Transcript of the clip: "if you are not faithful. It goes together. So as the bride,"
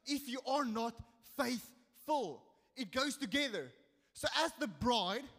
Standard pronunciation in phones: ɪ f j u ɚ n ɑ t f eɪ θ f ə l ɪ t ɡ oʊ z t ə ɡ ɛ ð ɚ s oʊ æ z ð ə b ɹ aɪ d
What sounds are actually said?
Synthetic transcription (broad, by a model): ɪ f j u ɚ n ɑ t f eɪ θ f ə l ɪ t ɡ oʊ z t ə ɡ ɛ ð ɚ s oʊ æ z ð ə b ɹ aɪ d